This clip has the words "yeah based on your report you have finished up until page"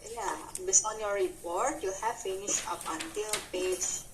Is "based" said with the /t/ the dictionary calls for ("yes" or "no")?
no